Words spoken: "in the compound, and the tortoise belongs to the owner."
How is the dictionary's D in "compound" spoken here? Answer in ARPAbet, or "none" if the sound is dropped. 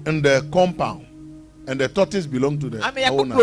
none